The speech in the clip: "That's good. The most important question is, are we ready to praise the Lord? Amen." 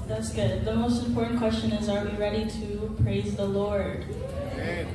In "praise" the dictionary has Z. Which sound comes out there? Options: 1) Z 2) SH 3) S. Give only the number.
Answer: 1